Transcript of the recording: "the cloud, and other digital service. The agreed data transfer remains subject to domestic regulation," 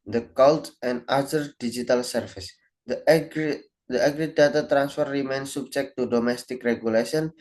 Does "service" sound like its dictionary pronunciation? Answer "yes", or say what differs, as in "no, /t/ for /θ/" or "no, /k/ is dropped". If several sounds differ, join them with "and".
no, /f/ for /v/